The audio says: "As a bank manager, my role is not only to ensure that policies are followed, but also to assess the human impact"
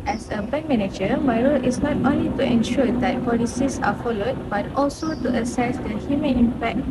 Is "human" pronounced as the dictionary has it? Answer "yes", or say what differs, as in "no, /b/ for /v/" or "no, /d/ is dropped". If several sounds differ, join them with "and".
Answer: no, /n/ is dropped